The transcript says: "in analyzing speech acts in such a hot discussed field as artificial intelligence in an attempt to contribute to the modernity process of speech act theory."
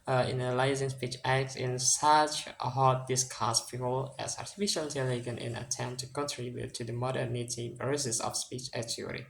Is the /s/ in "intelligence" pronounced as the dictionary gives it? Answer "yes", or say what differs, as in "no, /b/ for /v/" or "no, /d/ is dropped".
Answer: no, /s/ is dropped